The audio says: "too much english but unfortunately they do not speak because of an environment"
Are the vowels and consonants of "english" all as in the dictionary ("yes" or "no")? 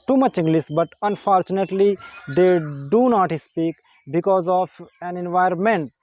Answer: no